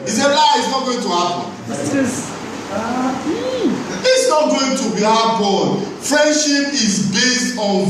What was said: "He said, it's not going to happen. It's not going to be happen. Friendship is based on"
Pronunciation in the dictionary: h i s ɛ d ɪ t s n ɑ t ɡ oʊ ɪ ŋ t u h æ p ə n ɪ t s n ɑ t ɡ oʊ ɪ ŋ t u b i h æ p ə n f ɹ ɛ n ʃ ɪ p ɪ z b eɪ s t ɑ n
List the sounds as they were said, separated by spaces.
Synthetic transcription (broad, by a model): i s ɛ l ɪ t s n ɑ t ɡ oʊ ɪ ŋ t u h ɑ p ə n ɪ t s n ɑ t ɡ oʊ ɪ ŋ t u b i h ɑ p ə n f ɹ ɛ n ʃ ɪ p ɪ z b eɪ s t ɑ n